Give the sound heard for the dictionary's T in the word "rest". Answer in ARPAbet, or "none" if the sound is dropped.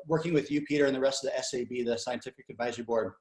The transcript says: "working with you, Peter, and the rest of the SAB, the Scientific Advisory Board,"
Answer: T